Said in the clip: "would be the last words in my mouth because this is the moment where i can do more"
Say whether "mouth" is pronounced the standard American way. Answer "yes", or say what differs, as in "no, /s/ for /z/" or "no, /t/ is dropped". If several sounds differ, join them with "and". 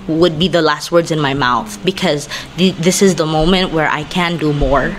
yes